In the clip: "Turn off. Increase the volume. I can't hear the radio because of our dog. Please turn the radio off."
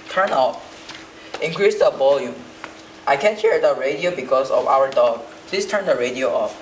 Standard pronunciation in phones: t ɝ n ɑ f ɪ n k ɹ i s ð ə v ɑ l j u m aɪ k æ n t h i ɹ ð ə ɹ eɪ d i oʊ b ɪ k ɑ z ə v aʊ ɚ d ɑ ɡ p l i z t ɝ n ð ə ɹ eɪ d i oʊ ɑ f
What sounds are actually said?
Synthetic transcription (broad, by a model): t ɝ n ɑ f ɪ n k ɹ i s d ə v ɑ l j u m aɪ k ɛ n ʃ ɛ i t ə ɹ eɪ d i oʊ b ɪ k ɑ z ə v aʊ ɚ d ɑ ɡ p l i s t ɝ n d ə ɹ eɪ d i oʊ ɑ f